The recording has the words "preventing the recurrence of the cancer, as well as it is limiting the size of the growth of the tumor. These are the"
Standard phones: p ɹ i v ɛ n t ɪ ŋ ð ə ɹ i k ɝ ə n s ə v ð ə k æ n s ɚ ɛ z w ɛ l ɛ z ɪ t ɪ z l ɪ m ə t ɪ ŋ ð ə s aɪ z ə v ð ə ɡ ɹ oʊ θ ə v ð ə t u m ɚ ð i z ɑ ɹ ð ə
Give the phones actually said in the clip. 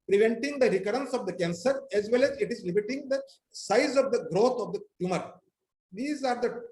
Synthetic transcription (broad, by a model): p ɹ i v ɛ n t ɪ ŋ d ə ɹ i k ɝ ə n s ə v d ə k æ n s ɚ ɛ z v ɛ l ɛ z ɪ t ɪ z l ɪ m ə t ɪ ŋ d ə s aɪ z ə v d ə ɡ ɹ oʊ t ə v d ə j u m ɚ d i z ɑ ɹ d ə